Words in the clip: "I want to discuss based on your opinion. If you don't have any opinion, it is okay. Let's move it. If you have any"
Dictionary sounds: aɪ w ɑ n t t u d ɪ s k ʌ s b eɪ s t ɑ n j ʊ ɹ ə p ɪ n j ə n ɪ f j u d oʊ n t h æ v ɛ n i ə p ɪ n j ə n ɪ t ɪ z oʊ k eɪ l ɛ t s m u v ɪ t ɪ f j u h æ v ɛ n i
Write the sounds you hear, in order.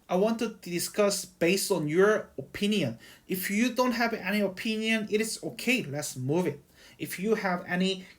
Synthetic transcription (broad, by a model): aɪ w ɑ n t t u d ɪ s k ʌ s b eɪ s t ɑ n j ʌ ɹ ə p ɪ n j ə n ɪ f j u d oʊ n t h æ v ɛ n i ə p ɪ n j ə n ɪ t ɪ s oʊ k eɪ l ɛ t s m u v ɪ t ɪ f j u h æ v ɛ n i